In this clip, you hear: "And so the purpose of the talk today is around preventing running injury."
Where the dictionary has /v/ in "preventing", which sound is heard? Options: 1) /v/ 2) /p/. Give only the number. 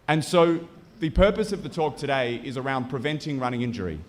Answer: 1